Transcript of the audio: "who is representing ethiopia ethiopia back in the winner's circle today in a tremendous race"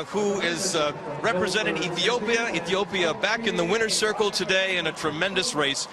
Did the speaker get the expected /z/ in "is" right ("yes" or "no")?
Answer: yes